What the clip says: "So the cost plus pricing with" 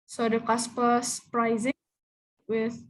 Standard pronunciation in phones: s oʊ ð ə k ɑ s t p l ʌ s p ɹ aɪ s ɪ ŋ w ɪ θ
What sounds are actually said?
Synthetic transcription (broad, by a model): s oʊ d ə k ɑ s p ʌ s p ɹ aɪ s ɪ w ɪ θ